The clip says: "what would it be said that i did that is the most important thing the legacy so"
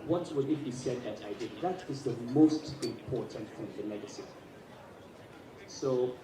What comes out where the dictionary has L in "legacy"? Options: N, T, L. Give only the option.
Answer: N